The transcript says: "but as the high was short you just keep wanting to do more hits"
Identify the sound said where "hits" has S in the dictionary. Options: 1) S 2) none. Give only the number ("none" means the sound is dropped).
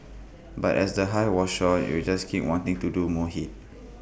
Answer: 2